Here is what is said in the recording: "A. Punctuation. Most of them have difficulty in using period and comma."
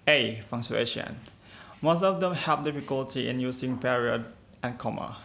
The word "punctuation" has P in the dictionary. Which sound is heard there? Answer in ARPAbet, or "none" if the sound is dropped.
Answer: F